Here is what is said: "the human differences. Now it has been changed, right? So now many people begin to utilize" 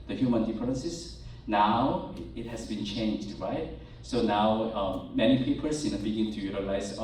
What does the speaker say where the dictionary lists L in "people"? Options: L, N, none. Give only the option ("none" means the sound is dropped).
N